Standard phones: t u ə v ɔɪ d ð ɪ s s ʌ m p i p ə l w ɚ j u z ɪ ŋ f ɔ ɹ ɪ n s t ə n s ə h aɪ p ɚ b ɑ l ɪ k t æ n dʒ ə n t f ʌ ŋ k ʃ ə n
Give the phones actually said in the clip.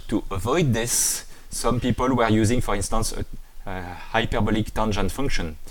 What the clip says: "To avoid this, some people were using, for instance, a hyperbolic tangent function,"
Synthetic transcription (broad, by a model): t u ə v ɔɪ d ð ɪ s s ʌ m p i p ə l w ɚ j u z ɪ ŋ f ɔ ɹ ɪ n s t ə n s ə h aɪ p ɚ b ɑ l ɪ k t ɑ n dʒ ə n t f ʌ ŋ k ʃ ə n